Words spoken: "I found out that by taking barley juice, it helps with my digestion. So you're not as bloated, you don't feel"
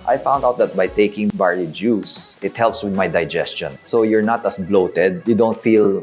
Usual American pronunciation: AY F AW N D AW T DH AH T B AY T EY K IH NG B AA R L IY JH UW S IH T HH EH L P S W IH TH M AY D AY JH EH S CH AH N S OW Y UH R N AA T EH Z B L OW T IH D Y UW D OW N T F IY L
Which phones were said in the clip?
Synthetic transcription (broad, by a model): AY F AW N D AW T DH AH T B AY T EY K IH NG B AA R IY JH UW S IH T HH EH L P S W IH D M AY D AY JH EH S CH AH N S OW Y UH R N AA T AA S B L OW T IH D Y UW D OW N T F IY L